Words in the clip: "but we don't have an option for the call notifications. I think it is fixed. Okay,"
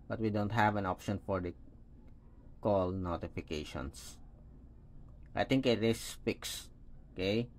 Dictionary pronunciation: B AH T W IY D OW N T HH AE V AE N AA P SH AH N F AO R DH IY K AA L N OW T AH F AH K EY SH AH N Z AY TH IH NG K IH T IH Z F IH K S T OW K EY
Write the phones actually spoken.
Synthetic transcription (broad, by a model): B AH T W IY D OW N T HH AE V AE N AA P SH AH N F AO R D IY K AA L N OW T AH F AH K EY SH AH N S AY T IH NG K IH T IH S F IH K S OW K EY